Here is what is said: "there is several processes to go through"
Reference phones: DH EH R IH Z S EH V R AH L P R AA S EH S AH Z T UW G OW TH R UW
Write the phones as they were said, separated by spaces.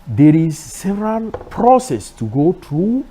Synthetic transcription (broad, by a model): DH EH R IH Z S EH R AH N P R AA S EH S T UW G OW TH R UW